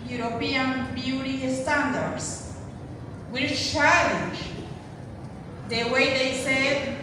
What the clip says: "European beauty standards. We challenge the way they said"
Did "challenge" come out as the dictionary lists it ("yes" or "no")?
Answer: no